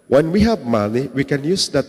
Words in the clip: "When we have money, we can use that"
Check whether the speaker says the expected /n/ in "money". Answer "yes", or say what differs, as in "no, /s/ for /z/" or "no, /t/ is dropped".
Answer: no, /l/ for /n/